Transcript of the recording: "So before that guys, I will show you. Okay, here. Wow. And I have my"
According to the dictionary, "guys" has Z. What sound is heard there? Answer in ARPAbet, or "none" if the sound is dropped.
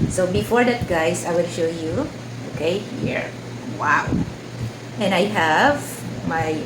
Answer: S